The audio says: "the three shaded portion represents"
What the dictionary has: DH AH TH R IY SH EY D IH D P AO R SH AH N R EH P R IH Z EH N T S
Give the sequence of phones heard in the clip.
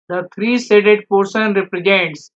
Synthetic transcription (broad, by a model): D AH T R IY S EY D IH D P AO R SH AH N R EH P R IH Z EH N T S